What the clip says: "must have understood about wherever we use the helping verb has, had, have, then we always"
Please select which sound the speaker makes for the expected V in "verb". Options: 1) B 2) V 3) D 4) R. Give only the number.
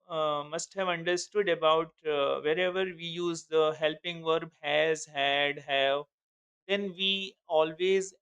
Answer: 2